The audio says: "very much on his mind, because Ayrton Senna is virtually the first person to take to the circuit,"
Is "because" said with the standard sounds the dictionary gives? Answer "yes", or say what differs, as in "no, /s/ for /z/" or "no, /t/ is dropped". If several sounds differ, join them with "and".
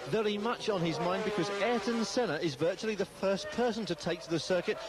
yes